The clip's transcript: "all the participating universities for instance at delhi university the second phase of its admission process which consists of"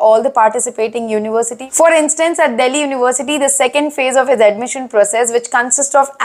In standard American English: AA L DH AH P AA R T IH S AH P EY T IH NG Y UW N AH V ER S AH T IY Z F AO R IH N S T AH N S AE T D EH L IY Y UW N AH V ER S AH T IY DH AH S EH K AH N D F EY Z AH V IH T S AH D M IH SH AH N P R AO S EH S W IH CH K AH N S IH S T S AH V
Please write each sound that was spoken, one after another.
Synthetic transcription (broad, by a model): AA L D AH P AA R T IH S AH P EY T IH NG Y UW N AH V ER S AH T IY F AO R IH N S T AH N S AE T D EH L IY Y UW N AH V ER S AH T IY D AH S EH K AH N D F EY Z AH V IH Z AH D M IH SH AH N P R AO S EH S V IH CH K AH N S IH S T S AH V